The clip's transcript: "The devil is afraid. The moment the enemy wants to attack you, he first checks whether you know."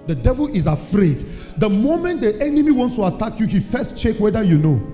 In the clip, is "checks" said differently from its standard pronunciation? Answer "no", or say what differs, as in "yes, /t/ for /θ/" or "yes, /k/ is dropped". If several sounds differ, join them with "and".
yes, /s/ is dropped